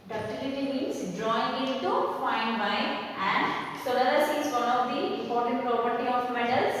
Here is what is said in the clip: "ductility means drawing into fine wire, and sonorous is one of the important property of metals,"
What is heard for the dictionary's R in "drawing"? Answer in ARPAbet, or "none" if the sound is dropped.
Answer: R